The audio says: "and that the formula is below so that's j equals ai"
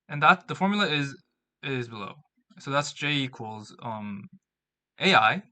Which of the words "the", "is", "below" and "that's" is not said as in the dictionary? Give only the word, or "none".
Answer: none